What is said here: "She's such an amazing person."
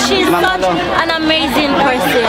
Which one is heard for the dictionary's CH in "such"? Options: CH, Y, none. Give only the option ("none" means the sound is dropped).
none